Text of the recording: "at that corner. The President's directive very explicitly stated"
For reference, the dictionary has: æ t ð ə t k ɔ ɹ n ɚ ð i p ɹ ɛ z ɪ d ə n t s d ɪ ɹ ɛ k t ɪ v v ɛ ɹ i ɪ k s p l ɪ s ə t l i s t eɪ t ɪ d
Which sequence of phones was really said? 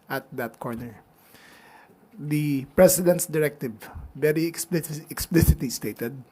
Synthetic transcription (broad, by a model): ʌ t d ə t k ɔ ɹ n ɚ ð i p ɹ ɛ s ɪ d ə n t s d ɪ ɹ ɛ k t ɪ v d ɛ l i ɪ k s p l ɪ s ə t l i s t eɪ t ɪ d